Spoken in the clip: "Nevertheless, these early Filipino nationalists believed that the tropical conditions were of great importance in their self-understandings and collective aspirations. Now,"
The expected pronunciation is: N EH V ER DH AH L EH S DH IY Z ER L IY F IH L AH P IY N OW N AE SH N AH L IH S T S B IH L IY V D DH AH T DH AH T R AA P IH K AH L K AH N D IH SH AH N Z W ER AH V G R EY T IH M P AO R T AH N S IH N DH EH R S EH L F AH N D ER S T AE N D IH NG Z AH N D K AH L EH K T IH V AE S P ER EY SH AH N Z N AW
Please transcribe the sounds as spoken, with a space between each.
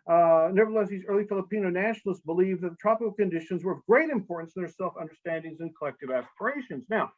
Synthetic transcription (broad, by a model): N EH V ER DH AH L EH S DH IY Z ER L IY F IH L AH P IY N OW N AE SH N L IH S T S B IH L IY V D DH AH T DH AH T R AA P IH K L K AH N D IH SH AH N Z W ER AH V G R EY T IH M P AO R T N S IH N DH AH R S EH L F AH N D ER S T AE N D IH NG Z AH N K AH L EH K T IH V AE S P ER EY SH AH N Z N AW